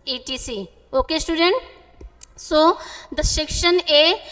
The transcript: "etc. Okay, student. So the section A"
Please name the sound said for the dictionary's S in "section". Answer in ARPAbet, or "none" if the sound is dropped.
SH